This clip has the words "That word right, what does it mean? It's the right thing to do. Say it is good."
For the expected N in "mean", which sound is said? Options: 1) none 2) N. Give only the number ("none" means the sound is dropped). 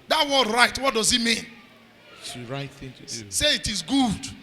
2